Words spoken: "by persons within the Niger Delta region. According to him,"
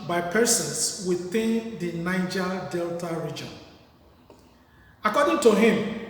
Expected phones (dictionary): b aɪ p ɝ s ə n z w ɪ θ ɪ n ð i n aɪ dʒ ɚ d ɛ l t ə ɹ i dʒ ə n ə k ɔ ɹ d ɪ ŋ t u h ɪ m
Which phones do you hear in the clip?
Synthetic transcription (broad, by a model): b aɪ p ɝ s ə n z w ɪ θ ɪ n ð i n aɪ dʒ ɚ d ɛ l t ə ɹ i dʒ ə n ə k ɔ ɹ d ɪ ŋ t u h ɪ m